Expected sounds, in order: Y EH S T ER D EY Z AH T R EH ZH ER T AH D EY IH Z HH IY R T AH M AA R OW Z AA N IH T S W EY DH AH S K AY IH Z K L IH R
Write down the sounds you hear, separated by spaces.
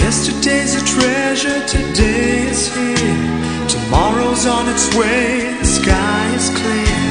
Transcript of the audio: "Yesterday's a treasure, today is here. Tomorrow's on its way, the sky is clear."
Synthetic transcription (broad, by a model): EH S T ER D EY Z AH T R EH ZH ER T AH D EY IH Z HH IY R T AH M AA R OW Z N IH T S W EY DH AH S K AY IH Z K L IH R